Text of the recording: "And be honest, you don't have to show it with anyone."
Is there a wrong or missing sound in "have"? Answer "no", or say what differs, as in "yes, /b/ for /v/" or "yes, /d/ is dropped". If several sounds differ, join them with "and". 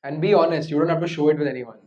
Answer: yes, /f/ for /v/